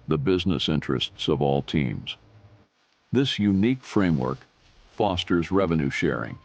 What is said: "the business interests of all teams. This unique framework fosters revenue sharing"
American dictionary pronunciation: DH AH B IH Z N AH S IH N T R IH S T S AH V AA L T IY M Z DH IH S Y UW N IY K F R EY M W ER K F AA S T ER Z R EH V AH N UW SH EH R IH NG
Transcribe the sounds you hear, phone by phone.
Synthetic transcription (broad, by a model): DH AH B IH Z N AH S IH N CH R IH S T S AH V AA L T IY M Z DH IH S Y UW N IY K F R EY M W ER K F AA S T ER Z R EH V AH N UW SH EH R IH NG